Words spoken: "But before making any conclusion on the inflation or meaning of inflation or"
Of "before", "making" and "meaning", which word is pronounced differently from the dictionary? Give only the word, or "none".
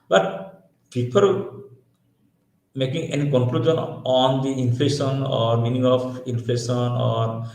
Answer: before